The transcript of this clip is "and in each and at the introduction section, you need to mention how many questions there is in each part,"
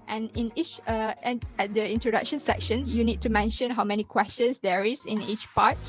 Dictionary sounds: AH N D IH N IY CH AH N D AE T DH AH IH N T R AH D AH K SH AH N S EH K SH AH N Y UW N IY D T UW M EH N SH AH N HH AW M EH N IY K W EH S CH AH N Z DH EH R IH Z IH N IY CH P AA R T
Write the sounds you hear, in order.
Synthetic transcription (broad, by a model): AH N IH N IY CH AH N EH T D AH IH N T R AH D AH K SH AH N S EH K SH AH N Y UW N IY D T UW M EH N SH AH N HH AW M EH N IY K W EH S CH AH N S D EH R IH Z IH N IY CH P AA T